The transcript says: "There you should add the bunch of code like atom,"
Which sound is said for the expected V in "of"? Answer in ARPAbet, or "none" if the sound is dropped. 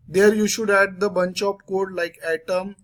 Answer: P